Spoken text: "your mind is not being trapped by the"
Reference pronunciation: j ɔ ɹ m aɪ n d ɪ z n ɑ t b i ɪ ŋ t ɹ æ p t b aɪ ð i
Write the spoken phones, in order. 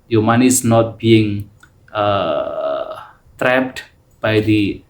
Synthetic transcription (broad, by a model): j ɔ m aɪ n ɪ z n ɑ t b i ɪ ŋ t ɹ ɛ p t b aɪ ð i